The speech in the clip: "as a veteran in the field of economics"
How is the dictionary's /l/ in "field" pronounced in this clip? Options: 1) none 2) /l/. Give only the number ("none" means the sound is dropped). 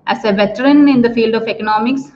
2